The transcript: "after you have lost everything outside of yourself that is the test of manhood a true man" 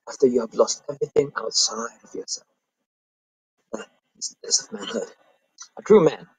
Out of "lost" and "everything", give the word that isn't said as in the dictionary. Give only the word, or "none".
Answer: none